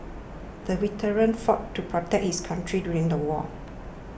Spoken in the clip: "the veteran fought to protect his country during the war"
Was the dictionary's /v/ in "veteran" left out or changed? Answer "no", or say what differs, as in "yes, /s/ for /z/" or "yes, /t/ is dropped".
yes, /w/ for /v/